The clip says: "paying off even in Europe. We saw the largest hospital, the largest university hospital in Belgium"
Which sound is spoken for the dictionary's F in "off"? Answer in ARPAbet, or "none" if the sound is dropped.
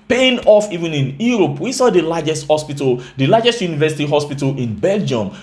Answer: F